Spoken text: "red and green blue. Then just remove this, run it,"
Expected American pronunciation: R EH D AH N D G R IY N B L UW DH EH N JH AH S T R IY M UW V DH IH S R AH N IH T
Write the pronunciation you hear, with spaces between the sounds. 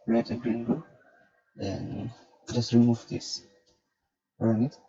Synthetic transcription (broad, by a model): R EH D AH G R IY N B UW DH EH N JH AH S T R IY M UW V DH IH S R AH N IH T